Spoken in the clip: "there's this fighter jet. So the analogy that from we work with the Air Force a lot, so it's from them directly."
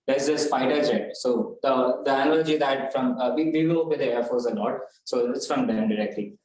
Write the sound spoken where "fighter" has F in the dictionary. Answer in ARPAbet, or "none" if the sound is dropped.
P